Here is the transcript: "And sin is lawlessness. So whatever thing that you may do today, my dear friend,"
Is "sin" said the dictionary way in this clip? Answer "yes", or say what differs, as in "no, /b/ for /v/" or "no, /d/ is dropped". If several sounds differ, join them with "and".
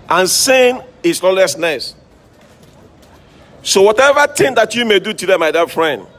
yes